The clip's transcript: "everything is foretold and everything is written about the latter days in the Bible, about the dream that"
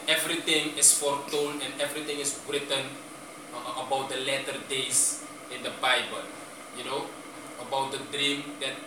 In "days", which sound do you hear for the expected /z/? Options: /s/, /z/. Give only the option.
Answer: /s/